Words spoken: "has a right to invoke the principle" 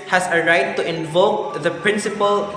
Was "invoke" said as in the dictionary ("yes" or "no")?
yes